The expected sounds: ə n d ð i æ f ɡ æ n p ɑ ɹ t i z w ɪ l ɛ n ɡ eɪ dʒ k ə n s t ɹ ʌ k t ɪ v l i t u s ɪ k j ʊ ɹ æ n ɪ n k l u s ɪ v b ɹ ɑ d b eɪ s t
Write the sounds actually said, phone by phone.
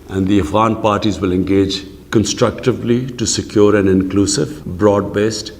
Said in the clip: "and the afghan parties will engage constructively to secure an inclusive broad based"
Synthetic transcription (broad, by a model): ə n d i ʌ f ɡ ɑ n p ɑ ɹ t i z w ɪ l ɛ n ɡ eɪ dʒ k ə n s t ɹ ʌ k t ɪ v l i t u s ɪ k j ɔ ɹ æ n ɪ n k l u s ɪ v b ɹ ɑ d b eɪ s t